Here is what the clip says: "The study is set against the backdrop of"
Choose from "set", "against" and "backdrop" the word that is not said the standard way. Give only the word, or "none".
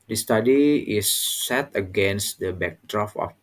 backdrop